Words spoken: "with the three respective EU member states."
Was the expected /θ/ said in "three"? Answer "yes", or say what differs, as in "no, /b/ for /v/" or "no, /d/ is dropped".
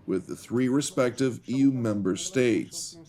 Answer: yes